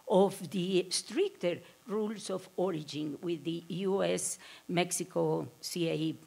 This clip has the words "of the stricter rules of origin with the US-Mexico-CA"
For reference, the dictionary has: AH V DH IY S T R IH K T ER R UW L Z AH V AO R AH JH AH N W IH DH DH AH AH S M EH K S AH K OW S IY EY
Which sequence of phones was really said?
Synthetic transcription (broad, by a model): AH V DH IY S T R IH K T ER R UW L S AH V AO R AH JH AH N W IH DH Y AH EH S M EH K S AH K OW S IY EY